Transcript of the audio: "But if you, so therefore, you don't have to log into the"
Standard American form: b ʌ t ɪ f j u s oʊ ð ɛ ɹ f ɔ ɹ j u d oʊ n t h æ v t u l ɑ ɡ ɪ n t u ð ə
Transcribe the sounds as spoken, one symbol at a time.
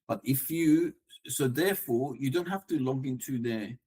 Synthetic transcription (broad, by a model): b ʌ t ɪ f j u s oʊ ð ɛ f ɔ j u d oʊ n t h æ f t u l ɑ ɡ ɪ n t u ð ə